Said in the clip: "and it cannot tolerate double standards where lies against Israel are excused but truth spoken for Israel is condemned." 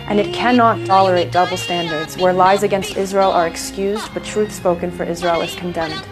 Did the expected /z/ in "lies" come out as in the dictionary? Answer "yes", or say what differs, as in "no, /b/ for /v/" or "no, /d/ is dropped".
yes